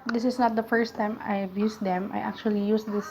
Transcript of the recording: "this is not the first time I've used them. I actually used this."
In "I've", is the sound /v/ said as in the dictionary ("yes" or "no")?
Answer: no